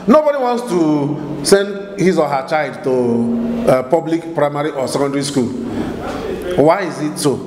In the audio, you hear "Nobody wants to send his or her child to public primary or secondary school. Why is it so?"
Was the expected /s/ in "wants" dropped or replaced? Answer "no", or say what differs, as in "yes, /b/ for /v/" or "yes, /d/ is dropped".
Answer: no